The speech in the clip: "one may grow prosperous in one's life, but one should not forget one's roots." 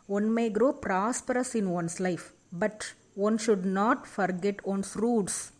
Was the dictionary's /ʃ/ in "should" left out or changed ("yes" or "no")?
no